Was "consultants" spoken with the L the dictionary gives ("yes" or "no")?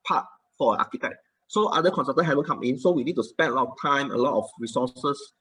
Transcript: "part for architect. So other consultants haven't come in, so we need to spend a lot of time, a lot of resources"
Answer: no